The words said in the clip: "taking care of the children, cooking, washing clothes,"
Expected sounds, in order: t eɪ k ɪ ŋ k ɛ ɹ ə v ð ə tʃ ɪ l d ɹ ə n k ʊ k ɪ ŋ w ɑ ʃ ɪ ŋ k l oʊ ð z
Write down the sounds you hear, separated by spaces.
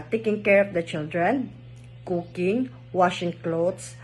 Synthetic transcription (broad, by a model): t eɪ k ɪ ŋ k ɛ ɹ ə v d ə tʃ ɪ l d ɹ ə n k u k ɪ ŋ w ɑ ʃ ɪ ŋ k l oʊ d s